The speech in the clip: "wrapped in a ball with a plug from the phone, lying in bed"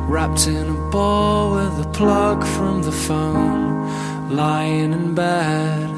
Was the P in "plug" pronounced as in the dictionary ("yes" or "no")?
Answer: yes